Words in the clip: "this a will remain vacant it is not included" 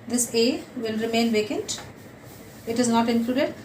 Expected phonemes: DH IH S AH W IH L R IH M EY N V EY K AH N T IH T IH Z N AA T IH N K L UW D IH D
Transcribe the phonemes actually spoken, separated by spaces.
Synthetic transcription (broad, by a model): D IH S AH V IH L R IH M EY N V EY K AH N T IH T IH Z N AA T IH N K L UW D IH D